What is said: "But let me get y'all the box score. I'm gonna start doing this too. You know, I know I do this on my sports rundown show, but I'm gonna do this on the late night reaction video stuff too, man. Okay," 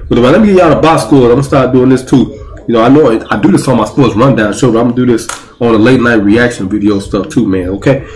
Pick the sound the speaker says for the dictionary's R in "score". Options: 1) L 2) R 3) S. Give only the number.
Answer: 1